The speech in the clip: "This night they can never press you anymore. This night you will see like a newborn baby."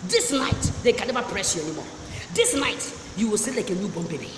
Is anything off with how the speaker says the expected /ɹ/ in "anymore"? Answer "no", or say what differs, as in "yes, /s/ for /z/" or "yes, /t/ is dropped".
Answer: no